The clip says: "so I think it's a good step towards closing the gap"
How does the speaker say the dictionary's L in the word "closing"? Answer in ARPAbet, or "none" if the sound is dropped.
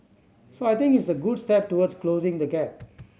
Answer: L